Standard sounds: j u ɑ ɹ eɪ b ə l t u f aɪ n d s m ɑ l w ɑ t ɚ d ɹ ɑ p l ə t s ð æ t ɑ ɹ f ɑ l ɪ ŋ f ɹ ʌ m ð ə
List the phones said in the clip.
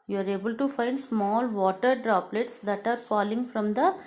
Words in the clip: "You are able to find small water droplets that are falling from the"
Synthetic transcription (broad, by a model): j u ɑ ɹ eɪ b ə l t u f aɪ n d s m ɑ l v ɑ t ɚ d ɹ ɑ p l ə t s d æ t ɑ ɹ f ɑ l ɪ ŋ f ɹ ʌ m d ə